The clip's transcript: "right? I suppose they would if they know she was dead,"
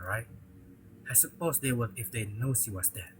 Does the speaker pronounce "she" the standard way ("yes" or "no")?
no